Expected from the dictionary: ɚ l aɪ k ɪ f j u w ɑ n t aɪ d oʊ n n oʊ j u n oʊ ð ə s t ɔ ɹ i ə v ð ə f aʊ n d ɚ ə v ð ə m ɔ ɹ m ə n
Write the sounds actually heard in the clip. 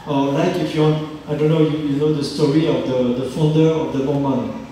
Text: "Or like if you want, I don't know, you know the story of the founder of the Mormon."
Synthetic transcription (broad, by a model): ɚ l aɪ k ɪ f j u w ɑ n t aɪ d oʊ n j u j u n oʊ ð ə s t ɔ ɹ i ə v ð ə f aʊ n d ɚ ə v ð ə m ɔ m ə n